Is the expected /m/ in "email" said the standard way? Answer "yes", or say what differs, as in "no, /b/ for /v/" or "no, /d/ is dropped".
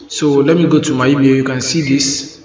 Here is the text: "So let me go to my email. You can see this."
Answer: no, /m/ is dropped